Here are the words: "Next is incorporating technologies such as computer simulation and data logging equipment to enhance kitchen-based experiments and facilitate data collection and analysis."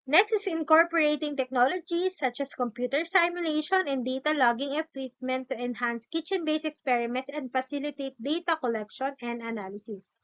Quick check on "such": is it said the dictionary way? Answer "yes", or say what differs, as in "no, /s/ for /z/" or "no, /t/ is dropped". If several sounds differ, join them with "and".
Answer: yes